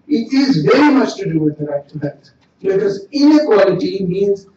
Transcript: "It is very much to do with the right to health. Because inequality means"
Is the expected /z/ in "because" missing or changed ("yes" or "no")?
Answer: no